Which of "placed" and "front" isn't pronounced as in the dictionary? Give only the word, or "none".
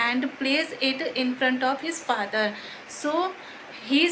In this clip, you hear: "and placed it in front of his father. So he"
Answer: placed